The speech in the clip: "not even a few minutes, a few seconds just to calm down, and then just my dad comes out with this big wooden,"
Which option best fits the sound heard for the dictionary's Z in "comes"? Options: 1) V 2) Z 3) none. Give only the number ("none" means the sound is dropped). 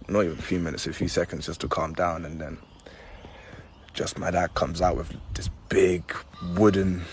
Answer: 2